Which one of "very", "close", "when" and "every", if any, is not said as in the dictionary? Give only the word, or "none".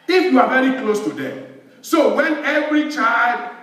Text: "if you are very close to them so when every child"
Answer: none